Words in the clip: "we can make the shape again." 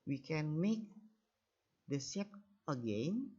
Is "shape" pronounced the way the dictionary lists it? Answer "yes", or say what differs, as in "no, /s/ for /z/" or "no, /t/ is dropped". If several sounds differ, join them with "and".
no, /s/ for /ʃ/